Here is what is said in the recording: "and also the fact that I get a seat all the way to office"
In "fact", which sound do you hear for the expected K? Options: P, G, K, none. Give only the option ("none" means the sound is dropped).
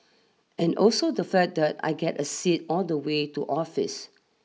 none